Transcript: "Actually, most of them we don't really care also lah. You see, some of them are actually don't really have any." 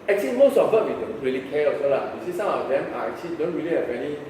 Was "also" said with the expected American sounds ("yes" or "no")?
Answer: no